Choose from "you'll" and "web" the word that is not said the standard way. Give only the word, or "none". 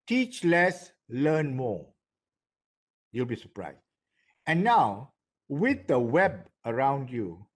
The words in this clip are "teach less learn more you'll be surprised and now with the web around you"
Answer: none